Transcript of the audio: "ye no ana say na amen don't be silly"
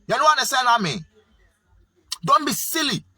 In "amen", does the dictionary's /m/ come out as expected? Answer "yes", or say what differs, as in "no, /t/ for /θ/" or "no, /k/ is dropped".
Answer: yes